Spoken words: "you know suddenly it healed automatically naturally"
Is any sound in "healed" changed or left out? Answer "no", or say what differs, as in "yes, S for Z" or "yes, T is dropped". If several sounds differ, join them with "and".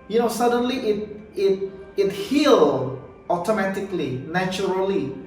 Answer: yes, D is dropped